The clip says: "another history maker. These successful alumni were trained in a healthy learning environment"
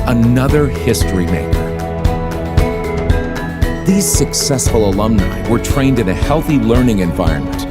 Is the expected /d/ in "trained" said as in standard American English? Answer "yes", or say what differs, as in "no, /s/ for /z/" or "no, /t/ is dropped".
yes